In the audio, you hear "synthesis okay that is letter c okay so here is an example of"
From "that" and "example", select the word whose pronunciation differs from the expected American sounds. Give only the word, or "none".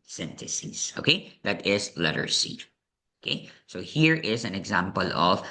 none